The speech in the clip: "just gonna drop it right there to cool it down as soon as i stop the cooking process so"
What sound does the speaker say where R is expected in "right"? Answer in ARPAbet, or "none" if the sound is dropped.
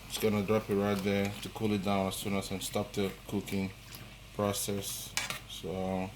R